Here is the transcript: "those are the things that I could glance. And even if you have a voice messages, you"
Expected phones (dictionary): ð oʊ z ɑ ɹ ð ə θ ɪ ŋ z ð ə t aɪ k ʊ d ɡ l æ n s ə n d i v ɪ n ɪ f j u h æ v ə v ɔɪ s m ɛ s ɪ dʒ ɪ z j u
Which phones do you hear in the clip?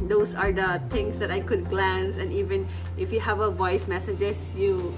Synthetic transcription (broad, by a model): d oʊ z ɑ ɹ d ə t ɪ ŋ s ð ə t aɪ k ʊ d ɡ l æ n s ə n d i v ɪ n ɪ f j u h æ v ə v ɔɪ s m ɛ s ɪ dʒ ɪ s j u